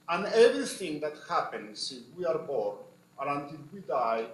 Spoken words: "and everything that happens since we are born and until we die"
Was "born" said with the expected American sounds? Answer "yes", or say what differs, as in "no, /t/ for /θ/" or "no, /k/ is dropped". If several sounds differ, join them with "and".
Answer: no, /n/ is dropped